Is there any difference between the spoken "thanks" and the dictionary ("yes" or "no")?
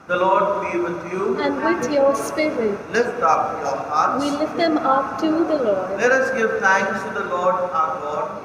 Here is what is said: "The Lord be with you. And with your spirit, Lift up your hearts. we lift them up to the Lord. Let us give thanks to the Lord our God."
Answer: yes